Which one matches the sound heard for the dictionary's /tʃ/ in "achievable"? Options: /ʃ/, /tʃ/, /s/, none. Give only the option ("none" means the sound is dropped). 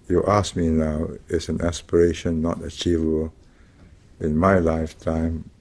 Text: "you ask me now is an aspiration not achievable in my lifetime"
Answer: /tʃ/